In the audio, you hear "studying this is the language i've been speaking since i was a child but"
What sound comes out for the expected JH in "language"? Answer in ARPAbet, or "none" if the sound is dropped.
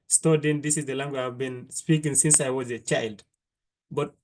none